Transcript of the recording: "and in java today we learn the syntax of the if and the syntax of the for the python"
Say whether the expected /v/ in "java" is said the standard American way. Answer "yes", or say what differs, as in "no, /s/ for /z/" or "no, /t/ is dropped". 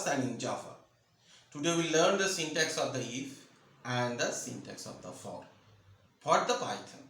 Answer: no, /f/ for /v/